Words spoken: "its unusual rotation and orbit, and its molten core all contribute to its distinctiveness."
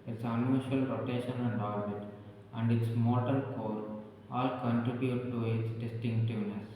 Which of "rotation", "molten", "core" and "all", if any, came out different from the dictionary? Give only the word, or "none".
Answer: molten